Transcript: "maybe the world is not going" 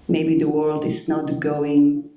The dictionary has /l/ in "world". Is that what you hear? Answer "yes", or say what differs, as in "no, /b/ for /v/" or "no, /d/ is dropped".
yes